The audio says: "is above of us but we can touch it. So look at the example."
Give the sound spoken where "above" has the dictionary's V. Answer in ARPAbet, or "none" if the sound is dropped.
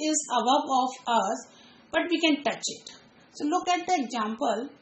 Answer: B